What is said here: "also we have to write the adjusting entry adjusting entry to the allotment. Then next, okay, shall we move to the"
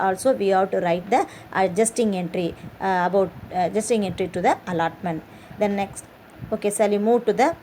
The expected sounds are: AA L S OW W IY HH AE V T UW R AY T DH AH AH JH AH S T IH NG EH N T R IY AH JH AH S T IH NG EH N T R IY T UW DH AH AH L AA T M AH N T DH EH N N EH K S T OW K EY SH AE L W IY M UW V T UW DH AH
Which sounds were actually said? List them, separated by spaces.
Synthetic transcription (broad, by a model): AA L S OW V IY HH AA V T UW R AY T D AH AH JH AH S T IH NG EH N T R IY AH JH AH S T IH NG EH N T R IY T UW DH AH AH L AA T M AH N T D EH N N EH K S T OW K EY S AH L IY M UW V T UW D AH